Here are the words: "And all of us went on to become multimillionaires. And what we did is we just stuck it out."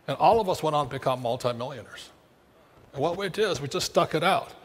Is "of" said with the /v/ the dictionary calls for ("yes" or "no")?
yes